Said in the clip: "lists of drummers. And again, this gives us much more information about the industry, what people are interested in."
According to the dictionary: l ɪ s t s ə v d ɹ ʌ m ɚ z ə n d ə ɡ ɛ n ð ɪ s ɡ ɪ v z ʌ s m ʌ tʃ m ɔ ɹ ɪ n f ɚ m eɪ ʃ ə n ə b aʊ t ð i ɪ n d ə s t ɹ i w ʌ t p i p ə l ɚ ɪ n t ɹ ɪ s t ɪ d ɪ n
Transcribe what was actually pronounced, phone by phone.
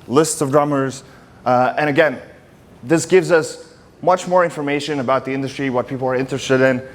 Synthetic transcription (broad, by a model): l ɪ s t s ə v d ɹ ʌ m ɚ z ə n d ə ɡ ɛ n ð ɪ s ɡ ɪ v z ʌ s m ʌ tʃ m ɔ ɹ ɪ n f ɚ m eɪ ʃ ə n ə b aʊ t ð i ɪ n d ə s t ɹ i w ʌ t p i p l ɚ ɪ n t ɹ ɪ s t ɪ d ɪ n